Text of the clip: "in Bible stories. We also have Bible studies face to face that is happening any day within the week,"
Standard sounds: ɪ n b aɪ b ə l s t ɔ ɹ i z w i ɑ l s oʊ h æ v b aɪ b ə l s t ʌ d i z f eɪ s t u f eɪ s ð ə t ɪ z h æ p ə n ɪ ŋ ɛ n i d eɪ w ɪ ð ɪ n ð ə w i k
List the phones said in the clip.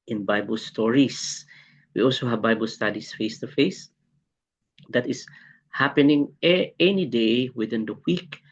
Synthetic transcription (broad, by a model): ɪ n b aɪ b ə l s t ɔ ɹ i s w i ɑ l s oʊ h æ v b aɪ b ə l s t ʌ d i s f eɪ s t u f eɪ s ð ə t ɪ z h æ p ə n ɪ ŋ ɛ n i d eɪ w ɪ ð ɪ n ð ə w i k